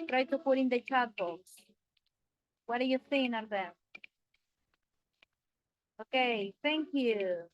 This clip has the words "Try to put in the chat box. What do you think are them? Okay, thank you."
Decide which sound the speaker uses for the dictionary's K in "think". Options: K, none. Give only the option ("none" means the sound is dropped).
none